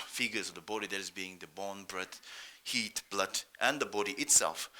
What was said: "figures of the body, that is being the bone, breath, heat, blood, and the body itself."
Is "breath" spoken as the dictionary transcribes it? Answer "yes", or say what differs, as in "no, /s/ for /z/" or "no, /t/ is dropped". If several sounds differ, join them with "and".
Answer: no, /t/ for /θ/